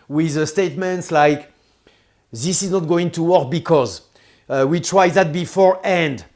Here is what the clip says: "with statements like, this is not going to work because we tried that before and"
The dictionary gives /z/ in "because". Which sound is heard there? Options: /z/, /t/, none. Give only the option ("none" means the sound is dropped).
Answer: /z/